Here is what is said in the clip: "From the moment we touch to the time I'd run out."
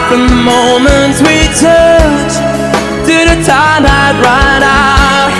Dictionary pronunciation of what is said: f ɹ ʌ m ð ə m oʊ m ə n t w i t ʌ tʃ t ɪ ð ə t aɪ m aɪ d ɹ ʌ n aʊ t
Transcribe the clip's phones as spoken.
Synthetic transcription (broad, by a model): f ɹ ʌ m ð ə m oʊ m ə n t w i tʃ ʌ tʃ t ɪ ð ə t aɪ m aɪ d ɹ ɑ ɪ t